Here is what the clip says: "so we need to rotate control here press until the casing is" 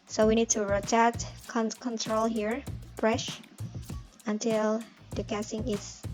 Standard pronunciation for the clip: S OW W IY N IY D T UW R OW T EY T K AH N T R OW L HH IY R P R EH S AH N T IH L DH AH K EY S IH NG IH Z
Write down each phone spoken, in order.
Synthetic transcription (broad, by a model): S OW W IY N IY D T UW R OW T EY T K AH N T R OW L HH IY R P R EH SH AH N T IH L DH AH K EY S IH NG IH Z